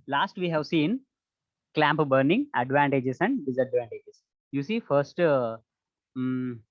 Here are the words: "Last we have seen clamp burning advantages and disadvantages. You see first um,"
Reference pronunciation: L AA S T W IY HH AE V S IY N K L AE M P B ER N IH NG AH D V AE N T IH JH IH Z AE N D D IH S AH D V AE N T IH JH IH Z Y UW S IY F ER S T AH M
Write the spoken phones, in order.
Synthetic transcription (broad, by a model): L AA S T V IY HH AE V S IY N K L AE M P B ER N IH NG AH D V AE N T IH JH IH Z AE N D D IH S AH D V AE N T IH JH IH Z Y UW S IY F ER S T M